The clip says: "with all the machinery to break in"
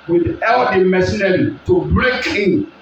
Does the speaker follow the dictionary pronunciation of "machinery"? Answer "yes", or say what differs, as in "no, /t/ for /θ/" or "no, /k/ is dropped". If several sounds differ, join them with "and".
no, /s/ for /ʃ/